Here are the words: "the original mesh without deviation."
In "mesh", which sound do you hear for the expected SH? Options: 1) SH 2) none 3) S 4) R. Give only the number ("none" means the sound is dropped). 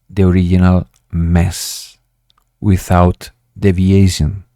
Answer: 3